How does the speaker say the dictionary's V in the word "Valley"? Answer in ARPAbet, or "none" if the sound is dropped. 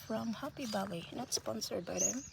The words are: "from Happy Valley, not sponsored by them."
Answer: B